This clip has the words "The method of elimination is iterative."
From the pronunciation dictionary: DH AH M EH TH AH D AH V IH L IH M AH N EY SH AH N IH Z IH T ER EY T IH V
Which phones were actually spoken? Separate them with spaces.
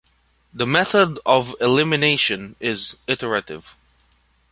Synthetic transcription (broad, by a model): DH AH M EH TH AH D AH V IH L IH M AH N EY SH AH N IH Z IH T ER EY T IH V